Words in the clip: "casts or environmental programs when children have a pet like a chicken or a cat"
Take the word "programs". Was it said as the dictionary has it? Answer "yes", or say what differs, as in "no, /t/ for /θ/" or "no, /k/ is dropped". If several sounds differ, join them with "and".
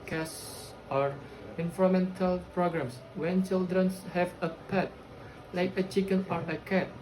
no, /s/ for /z/